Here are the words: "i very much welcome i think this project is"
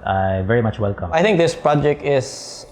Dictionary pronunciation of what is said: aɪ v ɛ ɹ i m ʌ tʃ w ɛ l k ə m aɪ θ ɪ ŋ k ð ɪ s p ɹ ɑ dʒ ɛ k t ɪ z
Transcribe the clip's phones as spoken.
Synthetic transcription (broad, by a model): aɪ v ɛ ɹ i m ʌ tʃ w ɛ l k ə m aɪ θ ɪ ŋ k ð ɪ s p ɹ ɑ dʒ ɛ k t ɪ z